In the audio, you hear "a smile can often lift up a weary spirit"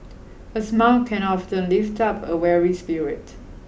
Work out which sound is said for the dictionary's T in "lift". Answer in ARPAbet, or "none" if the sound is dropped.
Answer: T